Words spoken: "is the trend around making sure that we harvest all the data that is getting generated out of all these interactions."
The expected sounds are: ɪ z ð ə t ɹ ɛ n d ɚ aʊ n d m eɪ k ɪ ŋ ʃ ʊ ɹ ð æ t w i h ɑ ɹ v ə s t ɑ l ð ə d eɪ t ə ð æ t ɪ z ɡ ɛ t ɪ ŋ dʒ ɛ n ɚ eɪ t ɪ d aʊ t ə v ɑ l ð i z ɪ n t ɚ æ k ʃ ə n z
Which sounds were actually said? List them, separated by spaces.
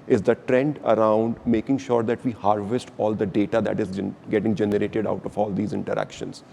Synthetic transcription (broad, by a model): ɪ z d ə t ɹ ɛ n d ɚ aʊ n d m eɪ k ɪ ŋ ʃ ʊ ɹ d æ t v i h ɑ ɹ v ə s t ɑ l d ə d eɪ t ə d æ t ɪ z ɡ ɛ t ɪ ŋ dʒ ɛ n ɚ eɪ t ɪ d aʊ t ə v ɑ l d i z ɪ n t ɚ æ k ʃ ə n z